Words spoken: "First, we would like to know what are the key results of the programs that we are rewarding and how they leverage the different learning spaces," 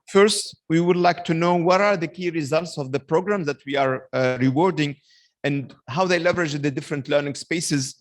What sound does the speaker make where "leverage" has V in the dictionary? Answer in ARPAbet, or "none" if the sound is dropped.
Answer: V